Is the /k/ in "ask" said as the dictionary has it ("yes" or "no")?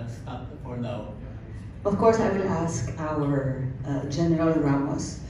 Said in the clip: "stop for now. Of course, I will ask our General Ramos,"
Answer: yes